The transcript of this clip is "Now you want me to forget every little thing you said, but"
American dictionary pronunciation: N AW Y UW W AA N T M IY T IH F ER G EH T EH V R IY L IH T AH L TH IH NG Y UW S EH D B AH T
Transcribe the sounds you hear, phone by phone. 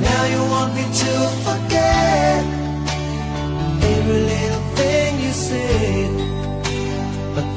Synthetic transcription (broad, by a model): N AW Y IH W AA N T M IY T IH F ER G EH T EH R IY L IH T L TH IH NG Y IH S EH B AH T